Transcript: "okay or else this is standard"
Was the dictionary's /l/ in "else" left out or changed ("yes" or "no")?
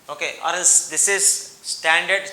yes